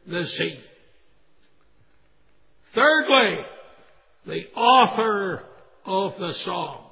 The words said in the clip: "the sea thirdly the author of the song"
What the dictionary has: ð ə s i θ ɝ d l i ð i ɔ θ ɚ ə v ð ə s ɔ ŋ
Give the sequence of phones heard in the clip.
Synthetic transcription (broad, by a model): ð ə s i θ ɝ d l i ð i ɔ θ ɚ ə v ð ə s ɔ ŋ